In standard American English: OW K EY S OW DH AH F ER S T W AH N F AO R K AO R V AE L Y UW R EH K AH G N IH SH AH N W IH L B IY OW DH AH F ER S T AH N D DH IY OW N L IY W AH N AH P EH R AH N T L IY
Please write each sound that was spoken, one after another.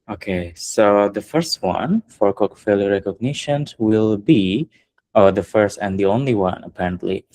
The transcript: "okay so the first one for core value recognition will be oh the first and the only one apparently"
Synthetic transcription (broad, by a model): OW K EY S OW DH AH F ER S T W AH N F AO R K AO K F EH L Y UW R EH K AH G N IH SH AH N W IH L B IY OW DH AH F ER S T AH N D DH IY OW N L IY W AH N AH P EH R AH N T L IY